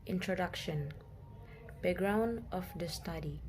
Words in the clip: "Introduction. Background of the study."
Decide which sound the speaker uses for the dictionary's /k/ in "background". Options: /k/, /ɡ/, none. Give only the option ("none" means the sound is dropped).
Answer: none